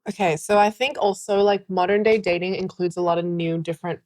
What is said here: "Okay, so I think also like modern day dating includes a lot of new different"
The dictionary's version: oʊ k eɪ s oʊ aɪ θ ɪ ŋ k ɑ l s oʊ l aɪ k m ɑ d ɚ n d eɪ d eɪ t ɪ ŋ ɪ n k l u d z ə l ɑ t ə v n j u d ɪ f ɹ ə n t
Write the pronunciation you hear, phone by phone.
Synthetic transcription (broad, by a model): oʊ k eɪ s oʊ aɪ θ ɪ ŋ k ɑ l s oʊ l aɪ k m ɑ d ɚ n d eɪ d eɪ t ɪ ŋ ɪ n k l u d z ə l ɑ t ə v n j u d ɪ f ɹ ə n t